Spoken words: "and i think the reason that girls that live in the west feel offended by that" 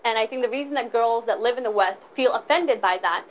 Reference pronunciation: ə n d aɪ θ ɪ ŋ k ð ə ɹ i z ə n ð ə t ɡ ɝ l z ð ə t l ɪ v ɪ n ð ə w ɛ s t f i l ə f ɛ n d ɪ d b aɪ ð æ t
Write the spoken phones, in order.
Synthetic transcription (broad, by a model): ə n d aɪ θ ɪ ŋ k ð ə ɹ i z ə n ð ə t ɡ ɝ l z ð ə t l ɪ v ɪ n ð ə w ɛ s t f i l ə f ɛ n d ɪ d b aɪ ð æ t